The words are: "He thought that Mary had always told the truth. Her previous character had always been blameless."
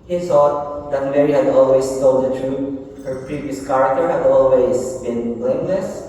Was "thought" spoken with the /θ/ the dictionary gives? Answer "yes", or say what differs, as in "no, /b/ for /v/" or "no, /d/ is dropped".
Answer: no, /s/ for /θ/